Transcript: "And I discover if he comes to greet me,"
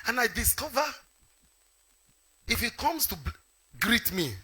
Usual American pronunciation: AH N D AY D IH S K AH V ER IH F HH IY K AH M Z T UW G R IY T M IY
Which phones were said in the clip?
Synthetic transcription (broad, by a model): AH N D AY D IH S K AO V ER IH F HH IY K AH M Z T UW G R IY T M IY